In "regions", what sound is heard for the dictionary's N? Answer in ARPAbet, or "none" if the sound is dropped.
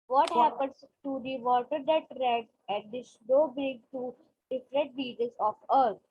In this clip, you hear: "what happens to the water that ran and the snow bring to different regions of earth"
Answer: none